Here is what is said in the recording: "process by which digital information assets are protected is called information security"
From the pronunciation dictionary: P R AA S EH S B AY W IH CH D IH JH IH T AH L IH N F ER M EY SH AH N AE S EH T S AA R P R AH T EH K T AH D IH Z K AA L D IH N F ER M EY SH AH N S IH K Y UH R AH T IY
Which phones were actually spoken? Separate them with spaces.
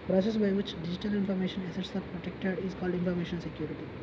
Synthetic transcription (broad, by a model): P R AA S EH S B AY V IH CH D IH JH IH T AH L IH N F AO M EY SH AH N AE S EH T S AA R P R AH T EH K T AH D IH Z K AA L D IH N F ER M EY SH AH N S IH K Y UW R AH T IY